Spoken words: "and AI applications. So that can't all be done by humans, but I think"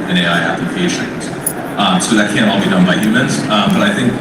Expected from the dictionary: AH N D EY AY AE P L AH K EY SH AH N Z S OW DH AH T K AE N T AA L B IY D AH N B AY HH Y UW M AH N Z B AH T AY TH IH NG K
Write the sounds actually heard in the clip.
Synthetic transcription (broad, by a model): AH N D EY AY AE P AH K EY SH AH Z S OW DH AH T K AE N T AA L B IY D AH N B AY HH Y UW M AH N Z B AH T AY TH IH NG K